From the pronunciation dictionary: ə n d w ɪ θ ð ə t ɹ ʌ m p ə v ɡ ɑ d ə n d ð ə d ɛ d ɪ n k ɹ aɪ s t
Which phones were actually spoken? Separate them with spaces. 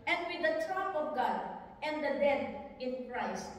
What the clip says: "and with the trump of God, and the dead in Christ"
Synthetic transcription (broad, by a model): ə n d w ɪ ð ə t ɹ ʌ p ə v ɡ ɑ d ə n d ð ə d ɛ d ɪ n k ɹ aɪ s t